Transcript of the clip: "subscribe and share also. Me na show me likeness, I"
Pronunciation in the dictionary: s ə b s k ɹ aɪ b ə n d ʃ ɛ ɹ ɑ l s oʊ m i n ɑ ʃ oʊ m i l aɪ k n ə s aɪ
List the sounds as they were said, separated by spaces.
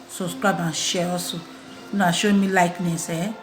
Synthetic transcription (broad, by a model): s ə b s k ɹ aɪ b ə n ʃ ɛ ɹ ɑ s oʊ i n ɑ ʃ oʊ m i l aɪ k n ə s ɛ